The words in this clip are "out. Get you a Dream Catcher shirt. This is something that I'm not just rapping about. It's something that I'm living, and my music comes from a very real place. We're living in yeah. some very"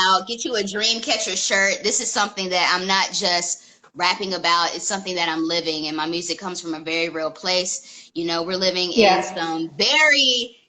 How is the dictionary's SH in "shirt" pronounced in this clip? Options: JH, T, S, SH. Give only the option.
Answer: SH